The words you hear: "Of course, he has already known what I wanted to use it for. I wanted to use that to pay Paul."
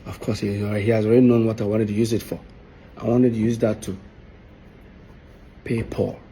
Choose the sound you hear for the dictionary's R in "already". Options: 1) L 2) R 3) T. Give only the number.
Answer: 2